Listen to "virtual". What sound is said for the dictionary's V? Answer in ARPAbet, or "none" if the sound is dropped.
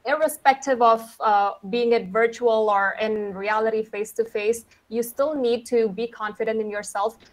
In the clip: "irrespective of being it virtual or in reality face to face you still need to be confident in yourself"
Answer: V